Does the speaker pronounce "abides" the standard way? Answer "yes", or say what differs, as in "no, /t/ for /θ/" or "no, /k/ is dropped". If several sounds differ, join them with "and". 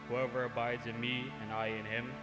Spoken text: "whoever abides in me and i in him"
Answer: yes